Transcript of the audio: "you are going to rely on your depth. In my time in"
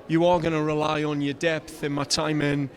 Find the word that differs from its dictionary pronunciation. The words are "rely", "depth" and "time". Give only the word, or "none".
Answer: none